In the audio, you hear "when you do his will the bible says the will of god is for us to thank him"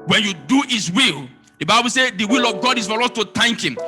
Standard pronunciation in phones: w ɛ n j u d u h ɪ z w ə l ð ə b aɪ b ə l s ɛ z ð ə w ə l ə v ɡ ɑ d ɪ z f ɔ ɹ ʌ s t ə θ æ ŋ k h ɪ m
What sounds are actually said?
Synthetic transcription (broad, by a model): w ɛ n j u d u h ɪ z w ə l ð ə b aɪ b ə l s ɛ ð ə w ə l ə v ɡ ɑ d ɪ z f ɔ ɹ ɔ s t ə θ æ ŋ k h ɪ m